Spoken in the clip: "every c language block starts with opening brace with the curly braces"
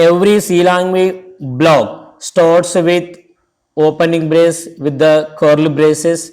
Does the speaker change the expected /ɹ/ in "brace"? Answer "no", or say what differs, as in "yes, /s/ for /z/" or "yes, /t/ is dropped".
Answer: no